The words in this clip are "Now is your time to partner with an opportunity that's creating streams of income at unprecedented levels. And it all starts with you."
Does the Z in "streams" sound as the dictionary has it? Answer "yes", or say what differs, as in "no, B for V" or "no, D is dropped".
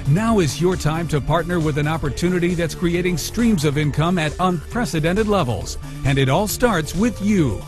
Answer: yes